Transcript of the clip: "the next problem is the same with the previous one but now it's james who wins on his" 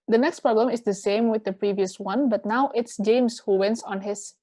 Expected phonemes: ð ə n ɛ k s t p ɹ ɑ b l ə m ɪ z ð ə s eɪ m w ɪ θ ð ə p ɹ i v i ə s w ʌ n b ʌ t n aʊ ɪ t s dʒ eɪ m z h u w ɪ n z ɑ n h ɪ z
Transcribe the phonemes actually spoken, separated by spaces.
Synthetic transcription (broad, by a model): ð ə n ɛ k s t p ɹ ɑ b l ə m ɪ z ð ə s eɪ m w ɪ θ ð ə p ɹ i v i ə s w ʌ n b ʌ t n aʊ ɪ t s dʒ eɪ m s h u w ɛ n s ɑ n h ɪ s